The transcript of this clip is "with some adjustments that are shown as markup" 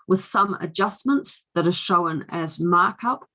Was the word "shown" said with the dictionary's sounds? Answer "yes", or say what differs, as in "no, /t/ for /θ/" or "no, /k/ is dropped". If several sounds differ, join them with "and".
yes